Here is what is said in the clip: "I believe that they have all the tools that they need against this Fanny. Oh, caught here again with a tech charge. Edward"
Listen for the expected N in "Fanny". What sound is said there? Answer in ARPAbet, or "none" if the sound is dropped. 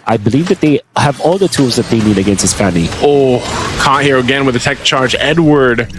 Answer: L